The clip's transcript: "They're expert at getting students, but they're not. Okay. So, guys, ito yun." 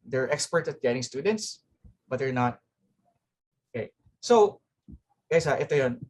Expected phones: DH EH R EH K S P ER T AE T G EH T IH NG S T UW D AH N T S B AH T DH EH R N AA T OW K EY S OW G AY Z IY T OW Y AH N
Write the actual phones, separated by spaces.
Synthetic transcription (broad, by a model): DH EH R EH K S P ER T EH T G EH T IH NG S T UW D AH N T S B AH T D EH R N AA T OW K EY S OW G AY S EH T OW Y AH N